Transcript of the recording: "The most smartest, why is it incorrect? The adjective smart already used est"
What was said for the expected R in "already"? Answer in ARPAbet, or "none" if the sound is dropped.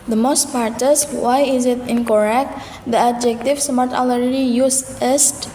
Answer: L